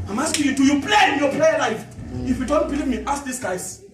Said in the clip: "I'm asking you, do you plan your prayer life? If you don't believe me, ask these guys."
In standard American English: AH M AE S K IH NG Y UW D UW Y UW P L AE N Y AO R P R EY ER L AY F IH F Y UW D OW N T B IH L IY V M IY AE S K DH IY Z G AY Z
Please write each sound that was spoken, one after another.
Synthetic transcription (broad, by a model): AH M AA S K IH Y UW D UW Y UW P L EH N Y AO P L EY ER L AY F IH F Y UW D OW N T B IH L IY V M IY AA S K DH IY S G AY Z